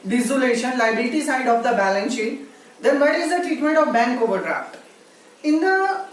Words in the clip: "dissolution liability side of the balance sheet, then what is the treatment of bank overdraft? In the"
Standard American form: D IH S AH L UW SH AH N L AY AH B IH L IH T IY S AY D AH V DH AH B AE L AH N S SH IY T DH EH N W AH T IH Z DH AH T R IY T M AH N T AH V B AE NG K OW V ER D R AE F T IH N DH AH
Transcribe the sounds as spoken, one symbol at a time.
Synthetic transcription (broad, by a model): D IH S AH L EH SH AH N L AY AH IH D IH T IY S AY D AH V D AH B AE L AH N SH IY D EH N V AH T IH Z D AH T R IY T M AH N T AH V B AE NG K OW V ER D R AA F T IH N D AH